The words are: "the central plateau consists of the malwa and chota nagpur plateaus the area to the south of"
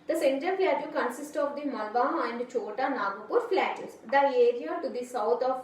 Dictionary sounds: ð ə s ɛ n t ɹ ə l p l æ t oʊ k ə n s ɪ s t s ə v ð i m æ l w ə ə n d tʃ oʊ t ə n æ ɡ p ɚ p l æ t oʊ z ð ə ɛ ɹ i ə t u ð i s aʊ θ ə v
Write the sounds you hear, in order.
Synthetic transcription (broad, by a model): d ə s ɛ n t ə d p l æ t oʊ k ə n s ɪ s t ə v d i m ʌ l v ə ə n d tʃ oʊ t ə n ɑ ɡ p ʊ f l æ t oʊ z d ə ɛ ɹ i ə t u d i s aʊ t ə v